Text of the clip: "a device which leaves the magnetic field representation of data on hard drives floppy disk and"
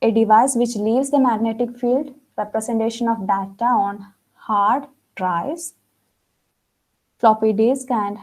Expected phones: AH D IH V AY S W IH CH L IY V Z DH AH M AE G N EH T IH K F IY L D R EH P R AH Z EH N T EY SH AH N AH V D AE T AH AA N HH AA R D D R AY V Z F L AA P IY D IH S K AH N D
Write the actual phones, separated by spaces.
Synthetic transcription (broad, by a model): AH D IH V AY S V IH CH L IY V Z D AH M AE G N EH T IH K F IY L D R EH P R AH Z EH N T EY SH AH N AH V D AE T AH AA N HH AA R D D R AY Z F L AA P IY D IH S K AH N D